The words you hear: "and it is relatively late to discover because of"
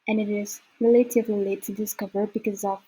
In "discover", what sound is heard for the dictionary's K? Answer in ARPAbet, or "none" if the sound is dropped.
K